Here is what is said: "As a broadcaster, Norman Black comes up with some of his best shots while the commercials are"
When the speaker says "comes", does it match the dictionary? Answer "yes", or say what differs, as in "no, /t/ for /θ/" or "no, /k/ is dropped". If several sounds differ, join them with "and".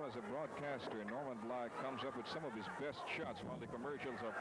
yes